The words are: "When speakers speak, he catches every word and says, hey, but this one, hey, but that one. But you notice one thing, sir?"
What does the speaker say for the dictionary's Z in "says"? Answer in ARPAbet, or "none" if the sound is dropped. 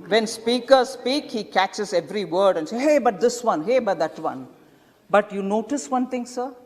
none